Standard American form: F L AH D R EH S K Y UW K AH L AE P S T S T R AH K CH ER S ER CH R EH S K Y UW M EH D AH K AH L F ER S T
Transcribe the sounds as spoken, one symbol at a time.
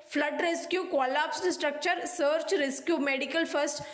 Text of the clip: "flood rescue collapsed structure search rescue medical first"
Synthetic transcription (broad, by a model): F L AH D R EH S K Y UW K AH L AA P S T S T R AH K CH ER S ER CH R EH S K Y UW M EH D AH K AH L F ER S T